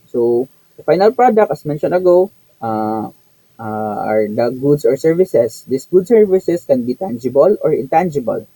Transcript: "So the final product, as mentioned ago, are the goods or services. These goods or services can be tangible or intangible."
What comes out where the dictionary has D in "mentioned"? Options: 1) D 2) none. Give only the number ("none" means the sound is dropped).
2